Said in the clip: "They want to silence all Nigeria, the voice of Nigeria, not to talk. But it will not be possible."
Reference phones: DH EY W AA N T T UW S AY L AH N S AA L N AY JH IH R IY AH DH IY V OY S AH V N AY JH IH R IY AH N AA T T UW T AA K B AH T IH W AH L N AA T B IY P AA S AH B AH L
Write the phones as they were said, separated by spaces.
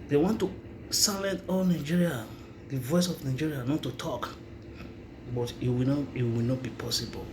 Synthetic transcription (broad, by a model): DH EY W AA N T T UW S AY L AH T AA L N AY JH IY R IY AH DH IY V OY S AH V N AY JH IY R IY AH N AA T T UW T AA K B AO T IH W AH W N AA T B IY P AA S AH B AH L